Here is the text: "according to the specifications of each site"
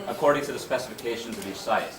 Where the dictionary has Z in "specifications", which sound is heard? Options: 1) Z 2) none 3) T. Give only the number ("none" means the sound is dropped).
1